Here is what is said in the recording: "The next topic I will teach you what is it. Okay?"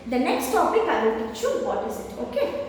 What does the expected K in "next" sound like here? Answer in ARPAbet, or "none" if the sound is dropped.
K